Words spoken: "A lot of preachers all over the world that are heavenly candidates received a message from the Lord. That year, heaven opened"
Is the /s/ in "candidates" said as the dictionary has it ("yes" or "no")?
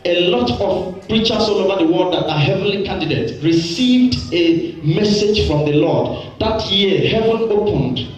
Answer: no